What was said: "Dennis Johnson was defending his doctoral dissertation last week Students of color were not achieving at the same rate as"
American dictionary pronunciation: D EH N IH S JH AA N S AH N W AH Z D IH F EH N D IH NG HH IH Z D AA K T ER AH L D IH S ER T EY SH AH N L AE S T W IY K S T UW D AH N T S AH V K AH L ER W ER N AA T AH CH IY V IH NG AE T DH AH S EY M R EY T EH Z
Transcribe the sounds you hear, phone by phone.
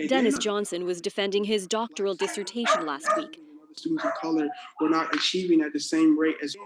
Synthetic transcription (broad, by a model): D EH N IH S JH AA N S AH N W AH Z D IH F EH N D IH NG IH Z D AA K T ER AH L D IH S ER T EY SH AH N L AE S T W IY K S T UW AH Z AH V K AH L ER W ER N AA T AH CH IY V IH NG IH T DH AH S EY M R EY T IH Z